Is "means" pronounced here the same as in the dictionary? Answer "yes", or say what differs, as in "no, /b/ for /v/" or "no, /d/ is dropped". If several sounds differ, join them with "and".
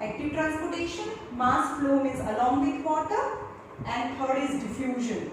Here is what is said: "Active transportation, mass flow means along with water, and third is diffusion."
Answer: no, /n/ is dropped